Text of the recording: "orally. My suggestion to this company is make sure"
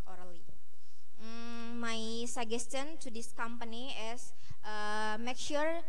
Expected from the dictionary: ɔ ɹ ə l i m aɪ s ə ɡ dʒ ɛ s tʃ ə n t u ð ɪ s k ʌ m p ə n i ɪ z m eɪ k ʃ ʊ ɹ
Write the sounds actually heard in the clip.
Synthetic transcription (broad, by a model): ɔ ɹ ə l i m aɪ s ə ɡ ɛ s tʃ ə n t u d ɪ s k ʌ m p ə n i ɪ s m eɪ k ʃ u ɹ